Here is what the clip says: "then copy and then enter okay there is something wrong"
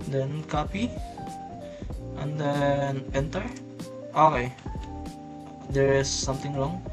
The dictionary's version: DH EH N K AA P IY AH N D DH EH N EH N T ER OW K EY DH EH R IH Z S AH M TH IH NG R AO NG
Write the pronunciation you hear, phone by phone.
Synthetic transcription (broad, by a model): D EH N K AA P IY AH N D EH N EH N T ER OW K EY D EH R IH S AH M T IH NG R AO NG